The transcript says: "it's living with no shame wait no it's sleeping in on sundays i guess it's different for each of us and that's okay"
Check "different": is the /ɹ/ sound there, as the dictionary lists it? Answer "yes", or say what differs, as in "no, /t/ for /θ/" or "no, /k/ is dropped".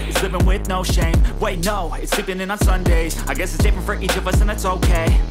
no, /ɹ/ is dropped